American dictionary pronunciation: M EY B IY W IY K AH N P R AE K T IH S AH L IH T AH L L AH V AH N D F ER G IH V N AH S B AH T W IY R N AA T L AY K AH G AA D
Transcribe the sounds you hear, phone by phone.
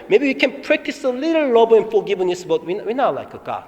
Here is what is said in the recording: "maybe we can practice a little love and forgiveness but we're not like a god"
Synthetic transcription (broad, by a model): M EY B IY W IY K AH N P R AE K T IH S AH L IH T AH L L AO B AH N F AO G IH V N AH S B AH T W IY W N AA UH L AY K AH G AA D